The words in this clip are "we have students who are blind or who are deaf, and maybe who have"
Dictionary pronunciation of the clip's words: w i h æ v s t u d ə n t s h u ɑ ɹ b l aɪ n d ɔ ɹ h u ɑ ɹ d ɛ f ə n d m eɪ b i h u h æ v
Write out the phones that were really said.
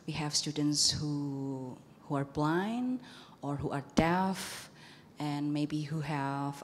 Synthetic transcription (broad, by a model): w i h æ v s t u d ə n t s h u ɑ ɹ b l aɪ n ɔ ɹ h u ɑ ɹ d ɛ f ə n m eɪ b i h u h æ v